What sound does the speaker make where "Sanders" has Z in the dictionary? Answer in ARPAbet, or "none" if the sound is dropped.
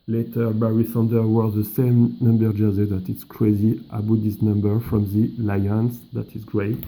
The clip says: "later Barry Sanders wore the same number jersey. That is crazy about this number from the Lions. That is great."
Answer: none